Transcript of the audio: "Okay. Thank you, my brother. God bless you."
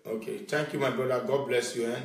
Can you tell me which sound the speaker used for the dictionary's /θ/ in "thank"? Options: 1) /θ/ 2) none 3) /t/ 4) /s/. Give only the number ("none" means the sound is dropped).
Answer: 3